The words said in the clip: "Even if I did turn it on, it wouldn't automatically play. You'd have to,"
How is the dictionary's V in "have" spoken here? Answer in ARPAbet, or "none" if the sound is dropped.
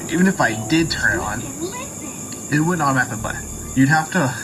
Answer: F